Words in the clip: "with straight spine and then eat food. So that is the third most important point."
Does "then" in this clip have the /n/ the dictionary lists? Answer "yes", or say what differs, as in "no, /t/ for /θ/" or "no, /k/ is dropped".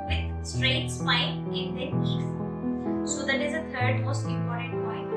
no, /n/ is dropped